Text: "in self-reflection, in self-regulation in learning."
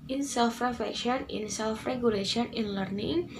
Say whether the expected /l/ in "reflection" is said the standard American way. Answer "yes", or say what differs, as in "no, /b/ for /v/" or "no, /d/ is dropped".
no, /l/ is dropped